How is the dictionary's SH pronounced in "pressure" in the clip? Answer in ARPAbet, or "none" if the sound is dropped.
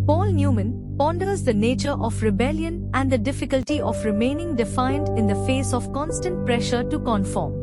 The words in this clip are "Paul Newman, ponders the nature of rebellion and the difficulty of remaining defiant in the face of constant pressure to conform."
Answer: SH